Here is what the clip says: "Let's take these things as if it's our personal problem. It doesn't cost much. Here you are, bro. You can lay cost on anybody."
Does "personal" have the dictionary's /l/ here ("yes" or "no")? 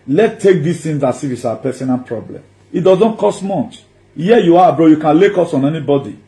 no